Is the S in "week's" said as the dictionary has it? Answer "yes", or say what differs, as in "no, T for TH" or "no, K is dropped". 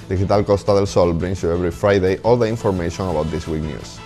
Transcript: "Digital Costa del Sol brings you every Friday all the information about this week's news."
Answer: no, S is dropped